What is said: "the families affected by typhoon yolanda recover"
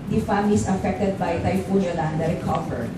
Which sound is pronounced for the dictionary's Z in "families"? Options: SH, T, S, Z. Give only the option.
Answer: S